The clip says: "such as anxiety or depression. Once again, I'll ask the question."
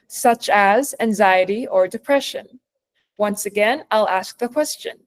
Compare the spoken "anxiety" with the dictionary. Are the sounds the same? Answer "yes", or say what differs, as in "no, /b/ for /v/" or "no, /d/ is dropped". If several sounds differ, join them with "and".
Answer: yes